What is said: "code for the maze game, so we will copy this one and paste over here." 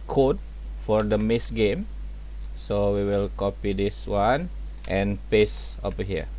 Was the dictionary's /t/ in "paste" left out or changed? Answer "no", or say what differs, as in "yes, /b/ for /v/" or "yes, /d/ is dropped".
yes, /t/ is dropped